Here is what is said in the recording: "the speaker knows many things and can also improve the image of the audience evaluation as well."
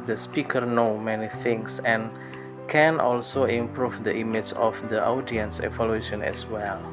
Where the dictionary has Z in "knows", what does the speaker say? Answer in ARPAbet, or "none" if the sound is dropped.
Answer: none